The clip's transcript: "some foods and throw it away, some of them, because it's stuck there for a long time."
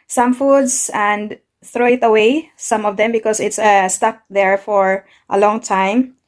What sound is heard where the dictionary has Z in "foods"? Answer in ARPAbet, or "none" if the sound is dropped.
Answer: S